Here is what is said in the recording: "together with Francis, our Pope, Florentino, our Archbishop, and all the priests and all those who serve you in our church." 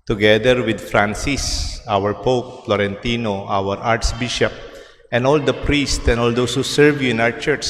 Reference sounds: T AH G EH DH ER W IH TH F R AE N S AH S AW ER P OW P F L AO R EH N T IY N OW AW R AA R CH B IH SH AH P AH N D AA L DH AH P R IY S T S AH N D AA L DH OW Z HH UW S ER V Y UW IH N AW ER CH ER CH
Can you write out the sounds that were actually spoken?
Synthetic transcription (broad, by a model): T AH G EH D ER W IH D F R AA N S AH S AW ER P OW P F L AO R EH N T IY N OW AW R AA R S B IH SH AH P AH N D AA L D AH P R IY S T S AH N AA L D OW S HH UW S ER V Y UW IH N AW ER CH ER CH